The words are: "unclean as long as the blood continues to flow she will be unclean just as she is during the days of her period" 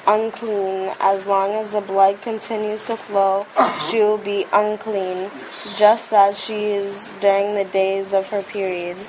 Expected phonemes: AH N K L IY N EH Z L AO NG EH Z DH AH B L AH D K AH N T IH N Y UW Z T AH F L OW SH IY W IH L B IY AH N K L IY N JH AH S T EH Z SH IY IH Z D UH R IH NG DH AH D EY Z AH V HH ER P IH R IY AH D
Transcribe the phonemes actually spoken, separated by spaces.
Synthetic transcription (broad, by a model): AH N K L IY N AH Z L AO NG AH Z DH AH B L AH D K AH N T IH N Y UW Z T AH F L OW SH IY W IH L B IY AH N K L IY N JH AH S T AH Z SH IY IH Z D UH R IH NG DH AH D EY Z AH V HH ER P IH R IY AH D